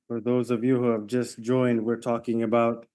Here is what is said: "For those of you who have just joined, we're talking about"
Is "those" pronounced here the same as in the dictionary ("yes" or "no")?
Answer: yes